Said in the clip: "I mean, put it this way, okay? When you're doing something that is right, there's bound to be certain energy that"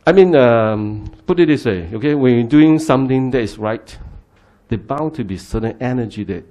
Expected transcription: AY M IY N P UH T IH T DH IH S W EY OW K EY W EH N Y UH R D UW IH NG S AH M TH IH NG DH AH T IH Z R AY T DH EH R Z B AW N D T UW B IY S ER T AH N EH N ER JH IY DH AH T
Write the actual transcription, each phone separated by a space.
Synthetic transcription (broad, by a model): AY M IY N P UH T IH T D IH S W EY OW K EY W EH N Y D UW IH NG S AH M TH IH NG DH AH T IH S R AY T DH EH B AW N T UW B IY S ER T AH N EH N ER JH IY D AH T